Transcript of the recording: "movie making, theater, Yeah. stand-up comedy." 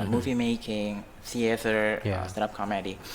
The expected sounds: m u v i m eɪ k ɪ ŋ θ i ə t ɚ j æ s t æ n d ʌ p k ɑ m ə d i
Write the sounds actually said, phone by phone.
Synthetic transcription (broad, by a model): m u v i m eɪ k ɪ ŋ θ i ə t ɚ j s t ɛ d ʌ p k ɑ m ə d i